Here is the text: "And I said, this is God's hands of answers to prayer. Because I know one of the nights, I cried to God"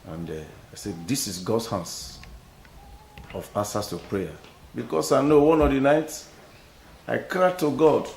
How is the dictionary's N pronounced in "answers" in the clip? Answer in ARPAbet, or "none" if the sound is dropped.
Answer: none